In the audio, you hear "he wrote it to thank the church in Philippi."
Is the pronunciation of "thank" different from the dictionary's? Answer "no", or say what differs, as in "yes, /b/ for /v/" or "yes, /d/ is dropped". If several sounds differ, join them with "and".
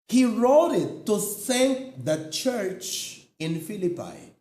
yes, /s/ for /θ/